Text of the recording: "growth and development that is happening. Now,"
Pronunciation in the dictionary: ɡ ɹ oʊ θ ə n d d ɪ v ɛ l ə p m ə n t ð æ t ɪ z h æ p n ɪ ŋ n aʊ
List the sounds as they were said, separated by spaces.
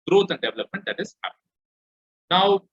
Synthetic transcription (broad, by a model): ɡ ɹ oʊ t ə n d d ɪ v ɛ l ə p m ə n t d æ t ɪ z h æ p ɪ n n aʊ